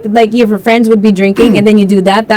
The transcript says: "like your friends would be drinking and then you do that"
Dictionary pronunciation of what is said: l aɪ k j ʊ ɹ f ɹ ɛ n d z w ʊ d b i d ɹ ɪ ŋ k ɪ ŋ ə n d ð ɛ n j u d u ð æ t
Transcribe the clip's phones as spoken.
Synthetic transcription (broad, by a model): l aɪ k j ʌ ɹ f ɹ ɛ n d z w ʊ d b i d ɹ ɪ ŋ k ɪ ŋ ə n ð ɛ n j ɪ d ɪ ð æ t